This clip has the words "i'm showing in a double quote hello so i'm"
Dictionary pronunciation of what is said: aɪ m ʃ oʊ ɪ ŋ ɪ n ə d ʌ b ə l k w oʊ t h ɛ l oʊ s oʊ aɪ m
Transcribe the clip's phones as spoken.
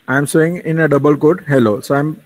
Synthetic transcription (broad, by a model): aɪ m s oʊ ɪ ŋ ɪ n ə d ʌ b ə l k oʊ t h ɛ l oʊ s oʊ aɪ m